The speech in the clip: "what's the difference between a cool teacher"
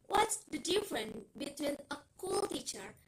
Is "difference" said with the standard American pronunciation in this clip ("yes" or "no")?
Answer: no